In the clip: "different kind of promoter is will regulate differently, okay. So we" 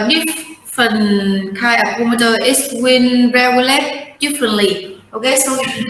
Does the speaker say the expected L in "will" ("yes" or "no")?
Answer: no